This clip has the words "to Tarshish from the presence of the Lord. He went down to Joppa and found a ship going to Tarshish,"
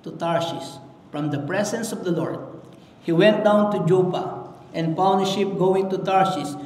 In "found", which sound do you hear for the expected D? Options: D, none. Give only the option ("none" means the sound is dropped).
none